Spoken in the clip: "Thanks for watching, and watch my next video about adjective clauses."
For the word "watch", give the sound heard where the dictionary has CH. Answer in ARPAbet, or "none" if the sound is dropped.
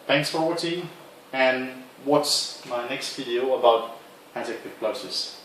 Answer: S